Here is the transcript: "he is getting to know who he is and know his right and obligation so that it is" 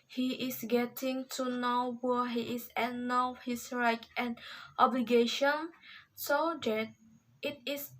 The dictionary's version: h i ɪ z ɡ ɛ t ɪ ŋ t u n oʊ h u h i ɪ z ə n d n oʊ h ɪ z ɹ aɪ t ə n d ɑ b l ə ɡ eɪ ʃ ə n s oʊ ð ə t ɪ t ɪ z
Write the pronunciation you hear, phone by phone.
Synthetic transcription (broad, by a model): h i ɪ s ɡ ɛ t ɪ ŋ t u n oʊ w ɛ h i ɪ s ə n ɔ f h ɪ s ɹ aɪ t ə n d ɑ b l ə ɡ eɪ ʃ ə n s oʊ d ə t ɪ t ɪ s